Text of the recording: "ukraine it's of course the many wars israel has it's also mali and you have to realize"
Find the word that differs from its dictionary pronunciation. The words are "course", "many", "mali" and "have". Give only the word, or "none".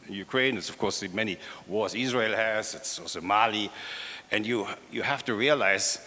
have